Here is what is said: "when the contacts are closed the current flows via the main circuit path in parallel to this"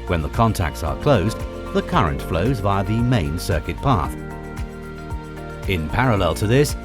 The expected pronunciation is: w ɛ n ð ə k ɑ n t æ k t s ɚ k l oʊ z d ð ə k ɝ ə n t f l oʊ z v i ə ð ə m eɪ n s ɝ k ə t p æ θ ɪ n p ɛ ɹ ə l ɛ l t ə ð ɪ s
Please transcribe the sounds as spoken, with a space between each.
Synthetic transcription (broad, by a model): w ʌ n ð ə k ɑ n t æ k t s ɚ k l oʊ z ð ə k ɝ ə n t f l oʊ z b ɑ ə ð ə m eɪ n s ɝ k ə t p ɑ θ ɪ n p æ ɹ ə l ɛ l t ə ð ɪ s